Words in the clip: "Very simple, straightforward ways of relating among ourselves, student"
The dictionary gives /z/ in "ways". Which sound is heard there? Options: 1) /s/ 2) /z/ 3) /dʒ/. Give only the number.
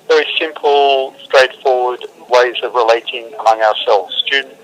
2